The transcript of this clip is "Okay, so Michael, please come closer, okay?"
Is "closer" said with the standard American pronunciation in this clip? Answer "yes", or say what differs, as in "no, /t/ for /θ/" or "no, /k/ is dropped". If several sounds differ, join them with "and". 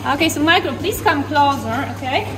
yes